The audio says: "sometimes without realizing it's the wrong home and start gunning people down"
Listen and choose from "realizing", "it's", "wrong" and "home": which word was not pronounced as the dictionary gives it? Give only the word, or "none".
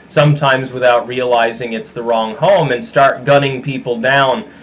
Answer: none